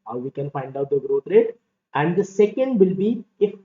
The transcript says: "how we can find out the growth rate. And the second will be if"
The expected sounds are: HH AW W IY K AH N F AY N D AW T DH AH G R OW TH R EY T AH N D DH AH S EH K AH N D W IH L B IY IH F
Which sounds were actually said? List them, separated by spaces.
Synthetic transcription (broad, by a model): HH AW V IY K AH N F AY N D AW T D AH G R OW T R EY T AH N D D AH S EH K AH N D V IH L B IY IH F